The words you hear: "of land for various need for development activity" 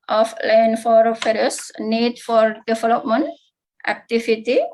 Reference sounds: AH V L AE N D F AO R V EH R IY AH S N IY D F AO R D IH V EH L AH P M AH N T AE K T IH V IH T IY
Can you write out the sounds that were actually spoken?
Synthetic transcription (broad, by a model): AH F L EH N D F AO R F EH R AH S N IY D F AO R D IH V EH L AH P M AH N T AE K T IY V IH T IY